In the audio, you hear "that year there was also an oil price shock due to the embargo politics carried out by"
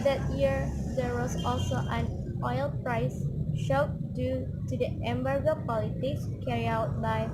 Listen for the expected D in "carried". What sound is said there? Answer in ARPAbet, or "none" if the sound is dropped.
none